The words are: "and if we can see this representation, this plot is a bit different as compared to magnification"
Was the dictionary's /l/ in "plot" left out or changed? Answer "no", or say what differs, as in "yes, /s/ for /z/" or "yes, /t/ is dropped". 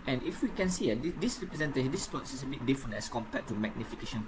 yes, /l/ is dropped